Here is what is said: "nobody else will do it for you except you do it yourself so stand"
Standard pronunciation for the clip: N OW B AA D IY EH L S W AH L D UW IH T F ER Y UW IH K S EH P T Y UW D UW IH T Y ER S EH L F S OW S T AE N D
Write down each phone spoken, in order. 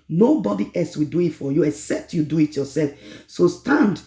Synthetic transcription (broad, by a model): N OW B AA D IY EH L S W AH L D UW IH T F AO Y UW IH K S EH P T Y UW D UW IH T Y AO S EH L F S OW S T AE N D